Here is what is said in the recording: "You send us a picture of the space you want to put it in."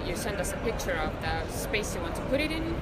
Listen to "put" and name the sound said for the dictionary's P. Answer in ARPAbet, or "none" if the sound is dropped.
P